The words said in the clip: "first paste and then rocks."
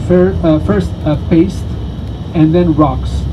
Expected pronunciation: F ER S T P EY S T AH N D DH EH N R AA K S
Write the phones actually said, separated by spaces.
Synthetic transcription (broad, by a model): F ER S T P EY S T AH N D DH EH N R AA K S